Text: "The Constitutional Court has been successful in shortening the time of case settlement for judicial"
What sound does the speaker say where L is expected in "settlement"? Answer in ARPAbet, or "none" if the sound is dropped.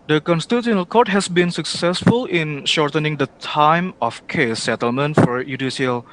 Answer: L